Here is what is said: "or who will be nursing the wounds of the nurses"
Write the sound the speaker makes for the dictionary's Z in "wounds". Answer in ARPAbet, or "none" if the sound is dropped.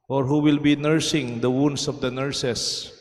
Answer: S